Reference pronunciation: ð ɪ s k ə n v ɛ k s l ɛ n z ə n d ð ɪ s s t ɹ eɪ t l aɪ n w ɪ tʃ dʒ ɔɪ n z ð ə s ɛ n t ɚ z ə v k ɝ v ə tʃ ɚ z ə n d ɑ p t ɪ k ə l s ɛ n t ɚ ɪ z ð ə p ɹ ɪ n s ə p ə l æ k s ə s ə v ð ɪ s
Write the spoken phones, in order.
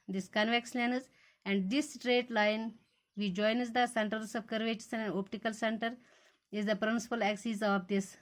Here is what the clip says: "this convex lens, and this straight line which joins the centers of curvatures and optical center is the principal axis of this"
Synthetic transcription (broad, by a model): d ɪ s k ə n v ɛ k s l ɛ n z ə n d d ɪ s s t ɹ eɪ t l aɪ n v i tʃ dʒ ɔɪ n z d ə s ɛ n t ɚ s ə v k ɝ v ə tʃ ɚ s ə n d ɑ p t ɪ k ə l s ɛ n t ɚ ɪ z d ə p ɹ ɪ n s ə p ə l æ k s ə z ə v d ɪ s